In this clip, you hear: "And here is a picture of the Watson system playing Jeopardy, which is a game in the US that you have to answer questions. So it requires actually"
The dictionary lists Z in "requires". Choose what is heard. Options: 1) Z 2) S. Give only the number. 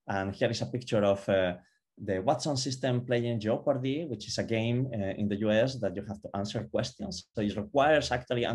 2